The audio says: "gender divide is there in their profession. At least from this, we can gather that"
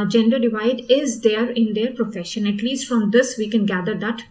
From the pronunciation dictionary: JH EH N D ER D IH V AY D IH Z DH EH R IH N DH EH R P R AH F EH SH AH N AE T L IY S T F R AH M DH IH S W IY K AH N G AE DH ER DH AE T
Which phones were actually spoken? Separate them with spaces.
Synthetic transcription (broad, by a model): JH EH N D ER D IH V AY D IH Z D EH R IH N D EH R P R AH F EH SH AH N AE T L IY S T F R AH M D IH S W IY K AH N G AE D ER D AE T